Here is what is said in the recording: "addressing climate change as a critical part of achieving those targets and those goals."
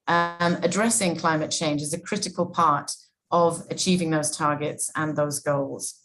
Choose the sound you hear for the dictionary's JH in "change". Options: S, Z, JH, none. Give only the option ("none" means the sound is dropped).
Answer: JH